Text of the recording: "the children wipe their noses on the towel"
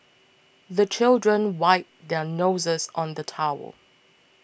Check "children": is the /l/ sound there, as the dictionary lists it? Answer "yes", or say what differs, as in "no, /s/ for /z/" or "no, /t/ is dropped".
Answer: yes